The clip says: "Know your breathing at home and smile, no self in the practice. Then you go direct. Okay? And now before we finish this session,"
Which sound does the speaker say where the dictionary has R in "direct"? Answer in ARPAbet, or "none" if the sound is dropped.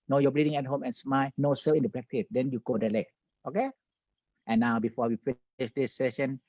L